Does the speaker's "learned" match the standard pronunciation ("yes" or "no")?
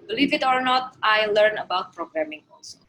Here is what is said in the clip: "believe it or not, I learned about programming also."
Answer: no